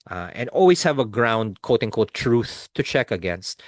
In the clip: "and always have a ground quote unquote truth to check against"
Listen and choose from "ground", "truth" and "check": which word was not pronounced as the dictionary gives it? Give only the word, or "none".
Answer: none